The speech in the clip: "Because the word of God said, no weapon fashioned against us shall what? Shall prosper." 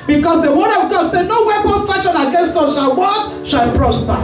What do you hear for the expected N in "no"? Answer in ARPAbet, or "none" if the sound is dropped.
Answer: N